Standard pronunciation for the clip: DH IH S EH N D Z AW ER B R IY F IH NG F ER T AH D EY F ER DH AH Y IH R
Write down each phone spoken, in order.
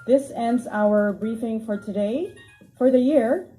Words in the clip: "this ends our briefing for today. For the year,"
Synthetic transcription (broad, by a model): DH IH S EH N D Z AW ER B R IY F IH NG F ER T AH D EY F ER DH AH Y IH R